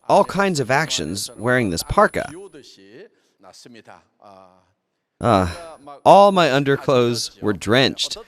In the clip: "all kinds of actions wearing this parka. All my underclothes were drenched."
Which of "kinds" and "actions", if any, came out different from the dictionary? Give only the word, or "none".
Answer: none